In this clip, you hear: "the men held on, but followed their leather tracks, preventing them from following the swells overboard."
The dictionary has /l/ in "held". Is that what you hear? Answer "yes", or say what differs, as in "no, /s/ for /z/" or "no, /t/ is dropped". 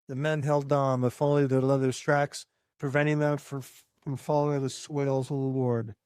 yes